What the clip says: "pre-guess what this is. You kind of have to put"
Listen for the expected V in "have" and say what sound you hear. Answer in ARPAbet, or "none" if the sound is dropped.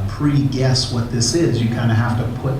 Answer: F